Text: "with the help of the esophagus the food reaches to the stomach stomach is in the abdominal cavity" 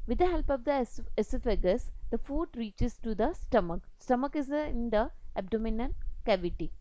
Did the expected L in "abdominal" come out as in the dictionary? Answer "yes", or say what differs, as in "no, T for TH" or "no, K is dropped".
no, N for L